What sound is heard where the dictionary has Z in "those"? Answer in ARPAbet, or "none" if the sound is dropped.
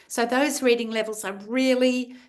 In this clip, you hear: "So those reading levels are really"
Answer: Z